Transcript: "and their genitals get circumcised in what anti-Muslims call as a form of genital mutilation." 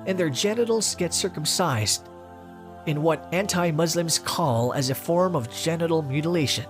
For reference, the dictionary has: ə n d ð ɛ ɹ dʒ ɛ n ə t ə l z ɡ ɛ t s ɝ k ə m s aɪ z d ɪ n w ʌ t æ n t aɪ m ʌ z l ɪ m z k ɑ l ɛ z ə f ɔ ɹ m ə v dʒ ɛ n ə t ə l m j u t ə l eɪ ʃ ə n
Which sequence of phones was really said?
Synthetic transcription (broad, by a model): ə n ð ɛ ɹ dʒ ɛ n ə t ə l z ɡ ɛ t s ɝ k ə m s aɪ z d ɪ n w ʌ t æ n t aɪ m ʌ z l ɪ m z k ɑ l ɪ z ə f ɔ ɹ m ə v dʒ ɛ n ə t l m j u t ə l eɪ ʃ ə n